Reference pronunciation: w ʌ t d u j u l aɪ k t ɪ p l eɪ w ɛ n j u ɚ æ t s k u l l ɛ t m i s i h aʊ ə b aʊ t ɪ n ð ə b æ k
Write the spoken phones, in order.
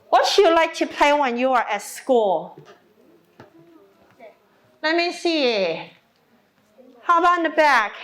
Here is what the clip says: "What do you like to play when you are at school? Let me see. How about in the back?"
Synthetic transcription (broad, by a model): w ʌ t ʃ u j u l aɪ k t ɪ p l eɪ w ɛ n j u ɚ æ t s k u l l ɛ t m i s i h aʊ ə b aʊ ɪ n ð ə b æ k